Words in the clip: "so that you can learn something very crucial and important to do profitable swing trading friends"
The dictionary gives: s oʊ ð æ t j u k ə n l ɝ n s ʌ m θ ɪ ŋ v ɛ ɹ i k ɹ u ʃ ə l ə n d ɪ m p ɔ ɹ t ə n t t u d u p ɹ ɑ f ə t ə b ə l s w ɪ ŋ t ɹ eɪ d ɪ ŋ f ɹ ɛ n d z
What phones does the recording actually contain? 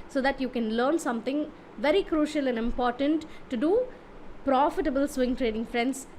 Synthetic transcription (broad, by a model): s oʊ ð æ t j u k ə n l ɝ n s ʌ m t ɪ ŋ v ɛ ɹ i k ɹ u ʃ ə l ə n d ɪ m p ɔ ɹ t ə n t t u d u p ɹ ɑ f ə t ə b ə l s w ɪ ŋ t ɹ eɪ d ɪ ŋ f ɹ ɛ n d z